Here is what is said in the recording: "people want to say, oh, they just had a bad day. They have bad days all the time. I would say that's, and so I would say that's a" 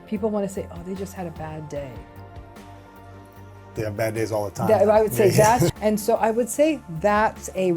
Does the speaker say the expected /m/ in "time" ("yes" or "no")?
no